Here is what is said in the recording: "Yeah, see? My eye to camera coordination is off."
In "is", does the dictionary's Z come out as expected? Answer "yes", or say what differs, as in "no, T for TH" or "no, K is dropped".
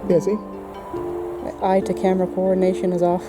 yes